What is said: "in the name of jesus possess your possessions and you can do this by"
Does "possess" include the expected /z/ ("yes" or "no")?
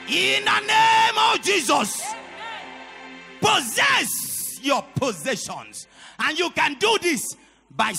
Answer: yes